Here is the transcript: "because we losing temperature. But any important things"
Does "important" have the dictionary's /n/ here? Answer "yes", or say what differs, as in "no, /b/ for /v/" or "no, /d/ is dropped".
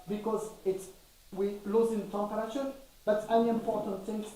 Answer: yes